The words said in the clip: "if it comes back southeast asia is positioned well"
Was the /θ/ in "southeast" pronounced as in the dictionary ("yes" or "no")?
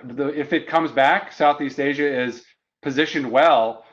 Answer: yes